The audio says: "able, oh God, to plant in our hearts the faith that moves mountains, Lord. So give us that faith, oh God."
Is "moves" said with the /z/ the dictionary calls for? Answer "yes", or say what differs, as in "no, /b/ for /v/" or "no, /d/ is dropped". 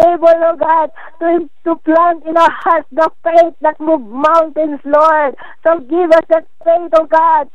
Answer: no, /z/ is dropped